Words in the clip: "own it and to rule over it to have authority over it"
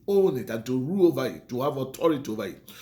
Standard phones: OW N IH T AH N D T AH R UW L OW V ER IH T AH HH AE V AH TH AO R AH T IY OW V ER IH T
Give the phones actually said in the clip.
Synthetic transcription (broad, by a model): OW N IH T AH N T AH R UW OW V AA IH T AH HH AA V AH T AO R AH T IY OW V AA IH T